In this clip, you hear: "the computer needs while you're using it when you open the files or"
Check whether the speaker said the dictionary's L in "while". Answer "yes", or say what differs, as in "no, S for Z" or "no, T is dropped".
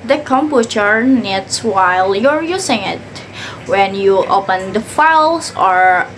yes